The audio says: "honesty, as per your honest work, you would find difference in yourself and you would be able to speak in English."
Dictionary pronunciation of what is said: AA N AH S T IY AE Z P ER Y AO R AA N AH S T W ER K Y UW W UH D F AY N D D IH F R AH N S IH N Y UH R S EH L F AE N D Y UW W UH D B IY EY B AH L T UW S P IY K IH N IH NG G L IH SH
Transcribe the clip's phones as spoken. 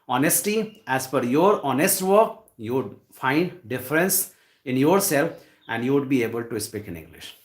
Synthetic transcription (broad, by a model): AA N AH S T IY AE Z F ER Y AO R AA N AH S T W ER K Y UW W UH D F AY N D D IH F R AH N S IH N Y UH R S EH L F AE N D Y UW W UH D B IY EY B AH L T UW S P IY K IH N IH NG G L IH SH